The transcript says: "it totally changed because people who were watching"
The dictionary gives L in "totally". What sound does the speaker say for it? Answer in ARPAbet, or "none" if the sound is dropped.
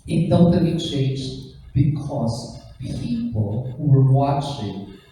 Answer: none